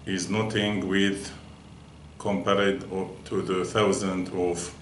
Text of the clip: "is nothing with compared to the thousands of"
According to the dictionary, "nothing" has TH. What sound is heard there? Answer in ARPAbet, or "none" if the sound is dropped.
T